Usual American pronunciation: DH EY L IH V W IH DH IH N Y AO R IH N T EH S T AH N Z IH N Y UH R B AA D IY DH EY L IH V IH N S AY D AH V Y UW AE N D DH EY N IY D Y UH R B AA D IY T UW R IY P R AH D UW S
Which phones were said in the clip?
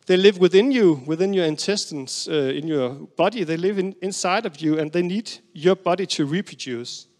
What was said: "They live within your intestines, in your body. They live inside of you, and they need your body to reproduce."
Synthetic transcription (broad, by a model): DH EY L IH V W IH DH IH N Y AO R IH N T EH S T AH N S IH N Y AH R B AA D IY DH EY L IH V IH N S AY D AH V Y UW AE N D DH EY N IY D Y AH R B AA D IY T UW R IY P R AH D UW S